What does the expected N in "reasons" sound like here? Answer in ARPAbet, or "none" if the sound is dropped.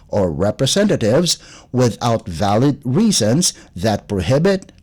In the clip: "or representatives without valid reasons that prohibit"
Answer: N